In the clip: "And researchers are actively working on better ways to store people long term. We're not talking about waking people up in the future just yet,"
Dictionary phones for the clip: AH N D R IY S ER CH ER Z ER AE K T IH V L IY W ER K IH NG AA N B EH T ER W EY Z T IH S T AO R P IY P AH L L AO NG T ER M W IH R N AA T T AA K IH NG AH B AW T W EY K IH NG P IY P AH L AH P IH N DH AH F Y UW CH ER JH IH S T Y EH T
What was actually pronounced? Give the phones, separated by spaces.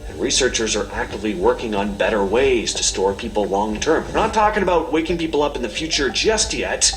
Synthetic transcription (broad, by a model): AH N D R IY S ER CH ER Z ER AE K T IH V L IY W ER K IH NG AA N B EH T ER W EY Z T IH S T AO R P IY P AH L L AO NG T ER M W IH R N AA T T AA K IH NG AH B AW T W EY K IH NG P IY P L AH P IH N DH AH F Y UW CH ER JH IH S T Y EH T